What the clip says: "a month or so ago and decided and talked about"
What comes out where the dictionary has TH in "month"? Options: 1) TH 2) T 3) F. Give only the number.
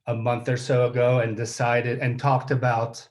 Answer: 1